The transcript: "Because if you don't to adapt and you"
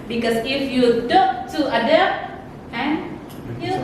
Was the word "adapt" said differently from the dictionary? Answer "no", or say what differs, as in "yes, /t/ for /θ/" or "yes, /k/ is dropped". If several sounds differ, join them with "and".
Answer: yes, /p/ is dropped